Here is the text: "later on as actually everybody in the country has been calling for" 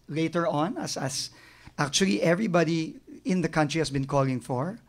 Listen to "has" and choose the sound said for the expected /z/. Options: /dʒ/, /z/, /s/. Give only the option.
/s/